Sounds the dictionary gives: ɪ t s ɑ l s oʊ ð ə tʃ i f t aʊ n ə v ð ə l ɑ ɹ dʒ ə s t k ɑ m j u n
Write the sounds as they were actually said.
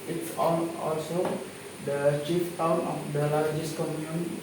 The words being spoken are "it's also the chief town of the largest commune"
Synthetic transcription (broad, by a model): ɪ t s ɑ l s oʊ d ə tʃ i f t aʊ n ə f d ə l ɑ ɹ dʒ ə s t k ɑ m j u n